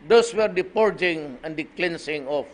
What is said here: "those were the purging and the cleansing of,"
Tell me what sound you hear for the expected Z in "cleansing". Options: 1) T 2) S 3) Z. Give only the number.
2